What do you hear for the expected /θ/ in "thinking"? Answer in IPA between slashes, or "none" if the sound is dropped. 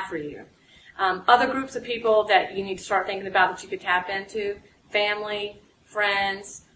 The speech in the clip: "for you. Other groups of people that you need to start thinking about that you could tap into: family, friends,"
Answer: /θ/